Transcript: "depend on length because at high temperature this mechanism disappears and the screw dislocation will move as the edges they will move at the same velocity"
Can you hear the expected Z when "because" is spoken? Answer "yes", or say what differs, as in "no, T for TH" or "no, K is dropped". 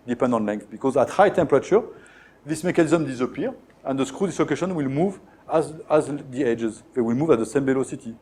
yes